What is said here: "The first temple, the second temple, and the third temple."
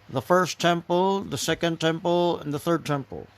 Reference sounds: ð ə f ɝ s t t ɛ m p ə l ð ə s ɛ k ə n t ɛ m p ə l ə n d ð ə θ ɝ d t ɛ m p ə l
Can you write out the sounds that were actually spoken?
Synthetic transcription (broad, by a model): ð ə f ɝ s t t ɛ m p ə l ð ə s ɛ k ə n t ɛ m p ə l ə n ð ə θ ɝ d t ɛ m p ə l